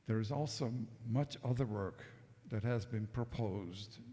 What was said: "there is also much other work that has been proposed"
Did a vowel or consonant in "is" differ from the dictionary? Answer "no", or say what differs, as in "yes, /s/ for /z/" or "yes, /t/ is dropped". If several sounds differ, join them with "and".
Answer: no